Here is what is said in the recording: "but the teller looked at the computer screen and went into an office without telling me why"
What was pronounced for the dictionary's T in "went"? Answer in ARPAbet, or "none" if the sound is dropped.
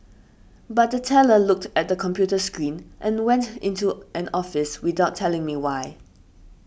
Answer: T